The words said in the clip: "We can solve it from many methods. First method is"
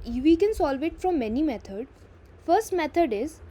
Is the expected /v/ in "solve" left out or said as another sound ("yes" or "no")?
no